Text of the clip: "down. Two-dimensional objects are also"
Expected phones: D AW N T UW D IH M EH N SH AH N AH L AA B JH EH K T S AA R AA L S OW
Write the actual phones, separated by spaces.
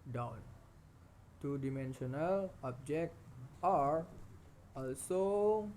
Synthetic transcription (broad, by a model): D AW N T UW D IH M EH N SH AH N AH L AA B JH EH K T AA R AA L S OW